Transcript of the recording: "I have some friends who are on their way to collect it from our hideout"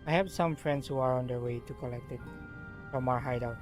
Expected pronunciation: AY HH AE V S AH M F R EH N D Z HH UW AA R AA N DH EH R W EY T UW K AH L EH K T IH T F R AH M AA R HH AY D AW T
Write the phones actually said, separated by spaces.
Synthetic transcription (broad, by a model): AY HH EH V S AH M F R EH N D S HH UW AA R AA N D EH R W EY T UW K AH L EH K T IH T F R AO M AA R HH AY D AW